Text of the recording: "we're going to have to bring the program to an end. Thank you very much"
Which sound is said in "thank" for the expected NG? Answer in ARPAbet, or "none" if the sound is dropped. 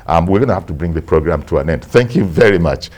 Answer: NG